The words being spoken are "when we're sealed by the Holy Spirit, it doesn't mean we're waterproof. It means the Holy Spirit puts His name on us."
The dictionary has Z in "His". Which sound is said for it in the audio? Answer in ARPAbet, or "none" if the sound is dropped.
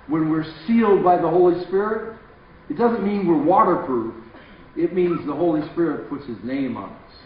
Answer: Z